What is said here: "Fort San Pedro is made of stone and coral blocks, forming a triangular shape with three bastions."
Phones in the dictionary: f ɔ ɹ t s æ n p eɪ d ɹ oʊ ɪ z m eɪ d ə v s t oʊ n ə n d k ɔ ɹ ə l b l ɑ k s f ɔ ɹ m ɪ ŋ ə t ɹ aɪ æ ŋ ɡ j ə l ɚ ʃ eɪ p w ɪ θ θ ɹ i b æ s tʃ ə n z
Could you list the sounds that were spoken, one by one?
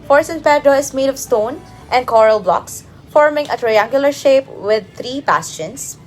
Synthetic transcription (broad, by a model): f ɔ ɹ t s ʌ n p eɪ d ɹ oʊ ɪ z m eɪ d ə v s t oʊ n ə n d k ɔ ɹ ə l b l ɑ k s f ɔ ɹ m ɪ ŋ ə t ɹ aɪ æ ŋ ɡ j ə l ɚ ʃ eɪ p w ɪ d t ɹ i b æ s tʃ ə n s